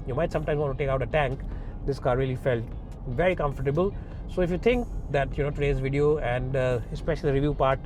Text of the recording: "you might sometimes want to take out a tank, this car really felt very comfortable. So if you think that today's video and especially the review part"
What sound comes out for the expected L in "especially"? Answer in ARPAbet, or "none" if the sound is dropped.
none